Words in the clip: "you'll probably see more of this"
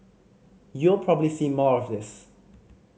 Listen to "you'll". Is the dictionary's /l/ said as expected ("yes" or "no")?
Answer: yes